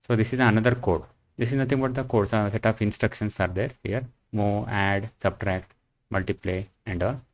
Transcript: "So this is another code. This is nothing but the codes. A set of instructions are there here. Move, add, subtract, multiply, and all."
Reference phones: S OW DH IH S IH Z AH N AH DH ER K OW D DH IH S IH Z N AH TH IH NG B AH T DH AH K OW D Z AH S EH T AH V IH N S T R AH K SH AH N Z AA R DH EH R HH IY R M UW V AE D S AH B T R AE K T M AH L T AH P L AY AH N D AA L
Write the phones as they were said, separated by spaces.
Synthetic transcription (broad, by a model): S OW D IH S IH Z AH N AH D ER K OW D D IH S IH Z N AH T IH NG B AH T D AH K OW D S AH S EH T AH F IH N S T R AH K SH AH N S AA R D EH R HH IY R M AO AE D S AH B T R AE K T M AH L T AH P L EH AH N D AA L